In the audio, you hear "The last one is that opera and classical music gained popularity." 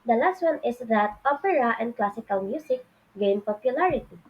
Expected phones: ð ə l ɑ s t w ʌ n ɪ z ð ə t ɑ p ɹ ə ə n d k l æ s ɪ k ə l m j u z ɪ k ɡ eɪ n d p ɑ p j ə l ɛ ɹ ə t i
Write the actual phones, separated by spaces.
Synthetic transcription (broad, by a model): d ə l ɑ s t w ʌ n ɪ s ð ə t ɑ p ɹ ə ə n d k l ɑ s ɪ k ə l m j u s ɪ k ɡ eɪ n p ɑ p j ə l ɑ ɹ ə t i